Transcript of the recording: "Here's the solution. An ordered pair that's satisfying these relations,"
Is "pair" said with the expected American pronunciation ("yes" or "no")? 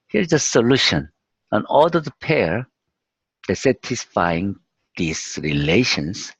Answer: yes